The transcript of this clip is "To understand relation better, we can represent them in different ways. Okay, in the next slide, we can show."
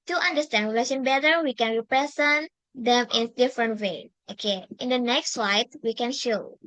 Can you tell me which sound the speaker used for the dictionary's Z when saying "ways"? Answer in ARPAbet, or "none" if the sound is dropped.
none